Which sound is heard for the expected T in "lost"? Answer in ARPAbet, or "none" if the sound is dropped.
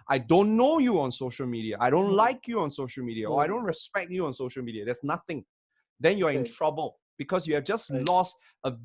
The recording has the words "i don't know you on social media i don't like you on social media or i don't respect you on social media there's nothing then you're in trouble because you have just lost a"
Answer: T